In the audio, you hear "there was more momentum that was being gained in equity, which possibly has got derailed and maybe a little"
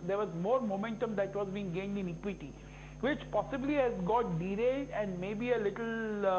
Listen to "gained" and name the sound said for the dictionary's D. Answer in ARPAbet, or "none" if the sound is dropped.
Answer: D